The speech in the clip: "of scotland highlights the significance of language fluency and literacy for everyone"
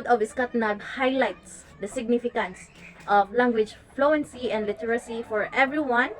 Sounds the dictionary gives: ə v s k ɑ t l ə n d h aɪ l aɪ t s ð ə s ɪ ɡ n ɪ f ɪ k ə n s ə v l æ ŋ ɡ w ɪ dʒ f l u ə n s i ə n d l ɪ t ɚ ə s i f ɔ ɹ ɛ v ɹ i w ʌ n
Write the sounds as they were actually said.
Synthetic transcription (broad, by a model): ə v s k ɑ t n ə d h aɪ l aɪ t s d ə s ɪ ɡ n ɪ f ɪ k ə n s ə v l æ ŋ ɡ w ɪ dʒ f l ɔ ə n s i ə n d l ɪ t ɚ ə s i f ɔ ɹ ɛ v ɹ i w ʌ n